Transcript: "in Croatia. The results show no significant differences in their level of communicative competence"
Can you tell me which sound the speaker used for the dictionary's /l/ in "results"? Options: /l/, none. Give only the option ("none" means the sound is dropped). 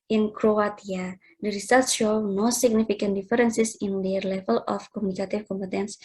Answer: none